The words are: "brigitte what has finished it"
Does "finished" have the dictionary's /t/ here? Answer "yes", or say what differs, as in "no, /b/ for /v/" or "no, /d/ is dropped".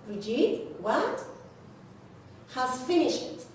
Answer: no, /t/ is dropped